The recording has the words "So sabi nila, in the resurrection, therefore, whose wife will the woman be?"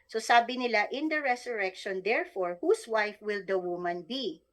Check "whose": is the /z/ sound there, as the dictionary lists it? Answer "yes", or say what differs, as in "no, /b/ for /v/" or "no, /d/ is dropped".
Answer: no, /s/ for /z/